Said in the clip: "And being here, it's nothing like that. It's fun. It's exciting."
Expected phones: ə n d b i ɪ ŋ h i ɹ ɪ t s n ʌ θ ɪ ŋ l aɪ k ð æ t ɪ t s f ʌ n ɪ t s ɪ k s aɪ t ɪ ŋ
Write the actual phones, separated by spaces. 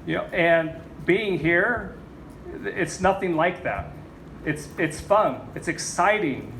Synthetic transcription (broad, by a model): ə n b i ɪ ŋ h i ɹ ɪ t s n ʌ θ ɪ ŋ l aɪ k ð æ t ɪ t s f ʌ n ɪ t s ɪ k s aɪ t ɪ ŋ